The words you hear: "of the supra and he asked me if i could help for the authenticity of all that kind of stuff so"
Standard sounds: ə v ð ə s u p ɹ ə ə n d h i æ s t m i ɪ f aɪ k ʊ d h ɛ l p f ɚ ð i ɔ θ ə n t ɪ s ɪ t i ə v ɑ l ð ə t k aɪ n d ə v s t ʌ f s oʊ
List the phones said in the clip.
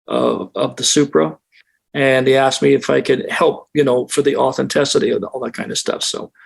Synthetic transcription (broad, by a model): ə v ð ə s u p ɹ ə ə n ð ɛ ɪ æ s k m i ɪ f aɪ k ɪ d h ɛ l p f ɚ ð i ɔ θ ə n t ɪ s ɪ t i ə ɑ l ð ə t k aɪ n d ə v s t ʌ f s oʊ